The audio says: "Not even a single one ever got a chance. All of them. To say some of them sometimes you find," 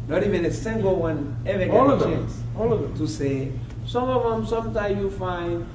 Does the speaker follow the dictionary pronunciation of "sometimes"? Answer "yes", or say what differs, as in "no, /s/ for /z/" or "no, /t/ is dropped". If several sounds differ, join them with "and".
no, /z/ is dropped